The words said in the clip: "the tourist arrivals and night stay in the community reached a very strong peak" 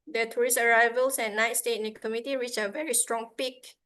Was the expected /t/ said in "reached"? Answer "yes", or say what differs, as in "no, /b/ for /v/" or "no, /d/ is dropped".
no, /t/ is dropped